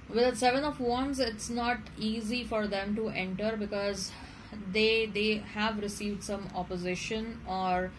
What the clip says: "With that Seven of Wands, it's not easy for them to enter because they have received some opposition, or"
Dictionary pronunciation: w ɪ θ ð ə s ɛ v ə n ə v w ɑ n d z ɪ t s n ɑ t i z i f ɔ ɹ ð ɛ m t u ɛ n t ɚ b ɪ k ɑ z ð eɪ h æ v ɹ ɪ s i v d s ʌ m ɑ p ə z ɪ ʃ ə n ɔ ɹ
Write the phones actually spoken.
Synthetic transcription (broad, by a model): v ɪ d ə s ɛ v ə n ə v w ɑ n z ɪ t s n ɑ t i z i f ɔ ɹ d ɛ m t u ɛ n t ɚ b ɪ k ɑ z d eɪ h æ v ɹ ɪ s i v d s ʌ m ɑ p ə z ɪ ʃ ə n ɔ ɹ